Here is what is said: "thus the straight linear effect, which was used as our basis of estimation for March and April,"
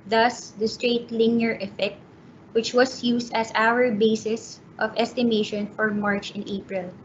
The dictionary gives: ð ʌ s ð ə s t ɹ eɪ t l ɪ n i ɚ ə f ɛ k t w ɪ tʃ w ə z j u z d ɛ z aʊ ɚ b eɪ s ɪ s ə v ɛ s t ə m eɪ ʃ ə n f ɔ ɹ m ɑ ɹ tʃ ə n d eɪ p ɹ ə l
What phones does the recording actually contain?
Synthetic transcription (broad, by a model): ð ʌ s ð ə s t ɹ eɪ t l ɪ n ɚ ə f ɛ k t w ɪ tʃ w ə s j u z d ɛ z aʊ ɚ b eɪ s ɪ s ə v ɛ s t ə m eɪ ʃ ə n f ɔ ɹ m ɑ ɹ tʃ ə n eɪ p ɹ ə l